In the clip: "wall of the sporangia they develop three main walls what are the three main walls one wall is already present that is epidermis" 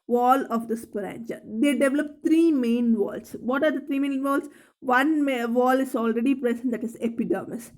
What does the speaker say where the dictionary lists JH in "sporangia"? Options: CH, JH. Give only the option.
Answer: CH